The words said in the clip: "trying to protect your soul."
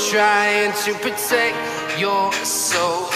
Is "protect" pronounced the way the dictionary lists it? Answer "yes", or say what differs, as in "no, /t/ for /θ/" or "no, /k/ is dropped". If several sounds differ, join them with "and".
yes